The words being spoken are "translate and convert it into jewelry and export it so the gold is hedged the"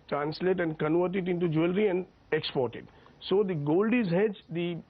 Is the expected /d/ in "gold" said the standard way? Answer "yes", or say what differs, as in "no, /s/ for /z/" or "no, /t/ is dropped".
yes